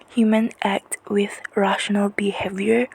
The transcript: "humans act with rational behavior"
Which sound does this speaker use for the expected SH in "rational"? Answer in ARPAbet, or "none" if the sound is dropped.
SH